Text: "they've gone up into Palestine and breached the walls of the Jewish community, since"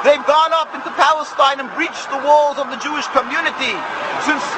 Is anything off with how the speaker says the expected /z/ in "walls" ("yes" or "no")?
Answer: no